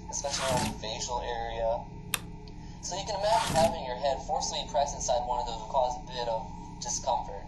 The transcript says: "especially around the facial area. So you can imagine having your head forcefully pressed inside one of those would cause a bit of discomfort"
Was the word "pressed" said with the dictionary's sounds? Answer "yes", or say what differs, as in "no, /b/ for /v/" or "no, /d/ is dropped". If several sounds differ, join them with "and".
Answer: no, /t/ is dropped